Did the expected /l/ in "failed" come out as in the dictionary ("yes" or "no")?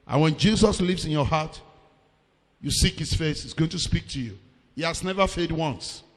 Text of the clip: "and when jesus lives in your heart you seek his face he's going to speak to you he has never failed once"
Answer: no